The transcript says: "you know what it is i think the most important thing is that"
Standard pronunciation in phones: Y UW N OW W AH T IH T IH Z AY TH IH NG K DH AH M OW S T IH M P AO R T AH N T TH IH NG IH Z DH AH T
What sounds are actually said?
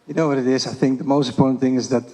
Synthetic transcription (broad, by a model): Y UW N OW W AH T IH T IH Z AY TH IH NG K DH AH M OW S T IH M P AO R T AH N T TH IH NG IH Z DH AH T